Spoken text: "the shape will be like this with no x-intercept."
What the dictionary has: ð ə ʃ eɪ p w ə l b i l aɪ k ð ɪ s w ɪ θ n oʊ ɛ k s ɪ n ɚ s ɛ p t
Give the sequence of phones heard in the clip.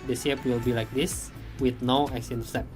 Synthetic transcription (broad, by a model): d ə s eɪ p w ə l b i l aɪ k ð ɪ s w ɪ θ n oʊ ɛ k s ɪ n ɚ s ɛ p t